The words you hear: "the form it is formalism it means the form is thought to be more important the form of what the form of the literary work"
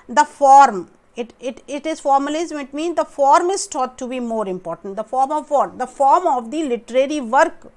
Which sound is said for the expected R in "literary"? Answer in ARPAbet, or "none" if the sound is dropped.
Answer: R